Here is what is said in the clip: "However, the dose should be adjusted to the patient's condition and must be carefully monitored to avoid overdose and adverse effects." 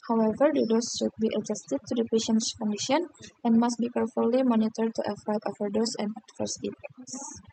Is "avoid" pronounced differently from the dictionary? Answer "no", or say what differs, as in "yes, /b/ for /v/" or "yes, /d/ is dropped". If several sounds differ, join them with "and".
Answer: yes, /f/ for /v/